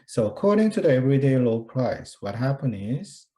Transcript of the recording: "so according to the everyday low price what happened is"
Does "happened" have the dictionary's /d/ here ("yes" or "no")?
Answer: no